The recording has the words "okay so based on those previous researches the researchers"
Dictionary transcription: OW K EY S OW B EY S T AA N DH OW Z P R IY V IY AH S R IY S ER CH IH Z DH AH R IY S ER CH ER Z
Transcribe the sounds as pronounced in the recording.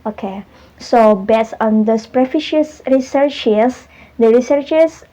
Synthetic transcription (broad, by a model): OW K EY S OW B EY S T AA N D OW S P R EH F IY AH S R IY S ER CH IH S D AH R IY S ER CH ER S